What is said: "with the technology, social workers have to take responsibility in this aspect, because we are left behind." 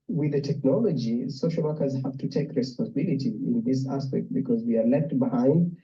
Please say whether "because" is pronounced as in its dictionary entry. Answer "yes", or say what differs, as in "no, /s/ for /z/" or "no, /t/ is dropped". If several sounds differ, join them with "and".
yes